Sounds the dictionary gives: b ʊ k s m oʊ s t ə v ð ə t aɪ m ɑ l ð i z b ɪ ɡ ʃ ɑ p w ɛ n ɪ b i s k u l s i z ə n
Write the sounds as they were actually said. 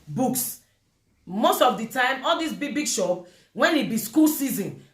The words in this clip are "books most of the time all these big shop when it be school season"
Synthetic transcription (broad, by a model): b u k s m oʊ s t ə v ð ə t aɪ m ɑ l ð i s b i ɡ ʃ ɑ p w ɛ n ɪ b i s k u l s i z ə n